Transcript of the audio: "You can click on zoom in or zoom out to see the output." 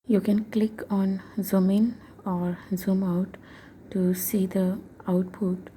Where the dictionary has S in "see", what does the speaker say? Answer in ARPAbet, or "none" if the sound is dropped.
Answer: S